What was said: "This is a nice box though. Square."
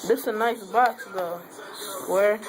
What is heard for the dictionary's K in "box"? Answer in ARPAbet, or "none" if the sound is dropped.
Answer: none